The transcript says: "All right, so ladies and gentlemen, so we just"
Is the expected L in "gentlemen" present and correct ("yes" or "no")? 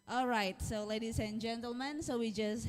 yes